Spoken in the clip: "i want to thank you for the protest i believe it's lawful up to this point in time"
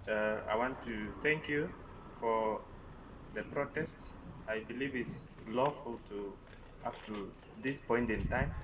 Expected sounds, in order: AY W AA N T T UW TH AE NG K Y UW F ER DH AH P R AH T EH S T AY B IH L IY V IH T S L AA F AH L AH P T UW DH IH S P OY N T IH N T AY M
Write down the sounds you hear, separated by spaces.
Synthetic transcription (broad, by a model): AY W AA N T T UW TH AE NG K Y UW F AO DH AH P R AH T EH S T AY B IH L IY V IH T S L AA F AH L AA F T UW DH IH S P OY N T IH N T AY M